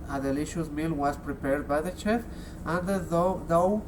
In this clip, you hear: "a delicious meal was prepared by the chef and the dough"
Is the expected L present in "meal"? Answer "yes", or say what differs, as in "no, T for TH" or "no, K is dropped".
yes